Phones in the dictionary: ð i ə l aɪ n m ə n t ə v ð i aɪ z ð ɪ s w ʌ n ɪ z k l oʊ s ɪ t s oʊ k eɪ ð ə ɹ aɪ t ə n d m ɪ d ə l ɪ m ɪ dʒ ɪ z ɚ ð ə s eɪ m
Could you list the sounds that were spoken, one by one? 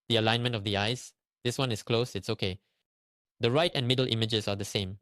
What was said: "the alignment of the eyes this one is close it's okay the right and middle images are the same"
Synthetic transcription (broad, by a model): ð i ə l aɪ n m ə n t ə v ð i aɪ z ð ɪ s w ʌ n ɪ s k l oʊ s ɪ t s oʊ k eɪ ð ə ɹ aɪ t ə n m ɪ d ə l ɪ m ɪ dʒ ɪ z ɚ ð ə s eɪ m